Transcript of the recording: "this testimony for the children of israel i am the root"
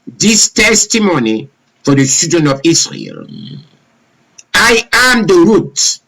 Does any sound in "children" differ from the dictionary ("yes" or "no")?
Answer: yes